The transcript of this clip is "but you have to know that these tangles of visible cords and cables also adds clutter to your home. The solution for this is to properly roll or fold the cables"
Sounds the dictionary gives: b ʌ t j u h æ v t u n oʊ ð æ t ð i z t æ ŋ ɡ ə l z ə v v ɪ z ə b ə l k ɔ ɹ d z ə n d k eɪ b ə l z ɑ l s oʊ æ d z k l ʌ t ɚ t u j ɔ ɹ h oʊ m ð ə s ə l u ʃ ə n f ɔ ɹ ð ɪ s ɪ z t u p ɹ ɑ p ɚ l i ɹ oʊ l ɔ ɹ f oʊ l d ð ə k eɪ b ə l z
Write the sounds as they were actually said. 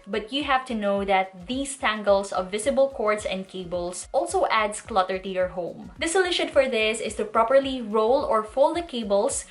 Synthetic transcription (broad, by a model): b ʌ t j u h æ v t u n oʊ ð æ t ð i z t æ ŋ ɡ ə l s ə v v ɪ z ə b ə l k ɔ ɹ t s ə n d k eɪ b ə l s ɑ l s oʊ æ d s k l ʌ t ɚ t u j ɔ ɹ h oʊ m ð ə s ə l u ʃ ə n f ɔ ɹ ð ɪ s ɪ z t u p ɹ ɑ p ɚ l i ɹ oʊ l ɔ ɹ f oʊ l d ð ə k eɪ b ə l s